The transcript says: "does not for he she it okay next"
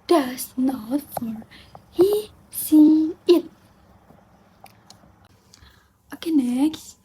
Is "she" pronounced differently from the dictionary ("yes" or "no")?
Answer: yes